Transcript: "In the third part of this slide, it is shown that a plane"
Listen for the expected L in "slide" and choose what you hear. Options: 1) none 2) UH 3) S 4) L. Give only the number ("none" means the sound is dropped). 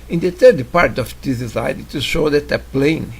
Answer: 1